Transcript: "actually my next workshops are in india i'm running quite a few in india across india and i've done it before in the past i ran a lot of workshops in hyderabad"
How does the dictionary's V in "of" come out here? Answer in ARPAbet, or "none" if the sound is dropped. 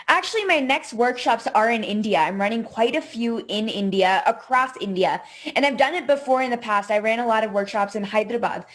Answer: V